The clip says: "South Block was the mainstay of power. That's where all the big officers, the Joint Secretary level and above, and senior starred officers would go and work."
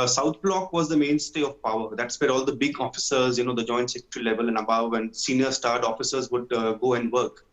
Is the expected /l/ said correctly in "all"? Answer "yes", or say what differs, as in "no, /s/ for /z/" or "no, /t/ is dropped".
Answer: yes